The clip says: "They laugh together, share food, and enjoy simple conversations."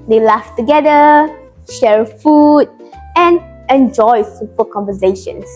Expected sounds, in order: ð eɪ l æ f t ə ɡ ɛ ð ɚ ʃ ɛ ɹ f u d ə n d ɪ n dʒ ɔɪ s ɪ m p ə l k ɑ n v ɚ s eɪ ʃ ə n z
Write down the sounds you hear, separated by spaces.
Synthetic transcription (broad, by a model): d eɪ l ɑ f t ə ɡ ɛ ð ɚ ʃ ɛ ɹ f u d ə n ɪ n dʒ ɔɪ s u p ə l k ɑ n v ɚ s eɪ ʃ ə n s